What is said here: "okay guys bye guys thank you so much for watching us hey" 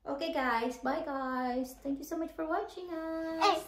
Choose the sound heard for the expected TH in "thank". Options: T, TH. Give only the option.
T